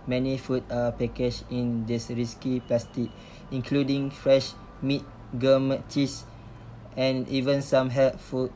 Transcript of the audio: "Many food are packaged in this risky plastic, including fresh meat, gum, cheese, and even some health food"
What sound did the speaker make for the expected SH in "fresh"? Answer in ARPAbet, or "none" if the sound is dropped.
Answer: SH